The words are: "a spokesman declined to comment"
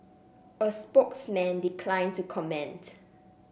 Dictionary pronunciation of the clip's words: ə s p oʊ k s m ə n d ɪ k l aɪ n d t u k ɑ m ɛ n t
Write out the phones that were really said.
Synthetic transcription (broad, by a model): ə s p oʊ k s m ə n d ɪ k l aɪ n t u k ɑ m ɛ n t